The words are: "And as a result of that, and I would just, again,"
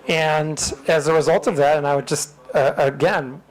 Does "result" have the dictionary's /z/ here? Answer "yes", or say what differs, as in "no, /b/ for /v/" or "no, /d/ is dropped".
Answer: yes